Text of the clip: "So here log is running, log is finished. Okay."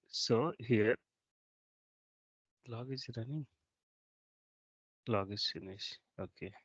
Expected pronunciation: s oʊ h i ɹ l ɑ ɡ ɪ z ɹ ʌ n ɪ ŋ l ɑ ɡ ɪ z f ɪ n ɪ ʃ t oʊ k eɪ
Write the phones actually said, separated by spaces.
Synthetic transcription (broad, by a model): s oʊ h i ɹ l ɑ ɡ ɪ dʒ ɹ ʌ n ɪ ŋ l ɑ ɡ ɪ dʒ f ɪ n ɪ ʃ oʊ k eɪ